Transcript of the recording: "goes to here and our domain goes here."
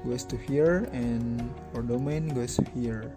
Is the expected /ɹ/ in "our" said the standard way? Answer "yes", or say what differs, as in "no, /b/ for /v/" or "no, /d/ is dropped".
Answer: yes